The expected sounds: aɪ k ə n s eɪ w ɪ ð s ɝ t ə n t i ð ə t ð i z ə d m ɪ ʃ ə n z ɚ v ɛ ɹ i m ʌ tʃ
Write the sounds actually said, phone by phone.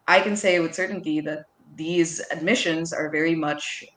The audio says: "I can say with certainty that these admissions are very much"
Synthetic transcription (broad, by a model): aɪ k ə n s eɪ w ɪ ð s ɝ t n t i ð ə t ð i z ə d m ɪ ʃ ə n z ɚ v ɛ ɹ i m ʌ tʃ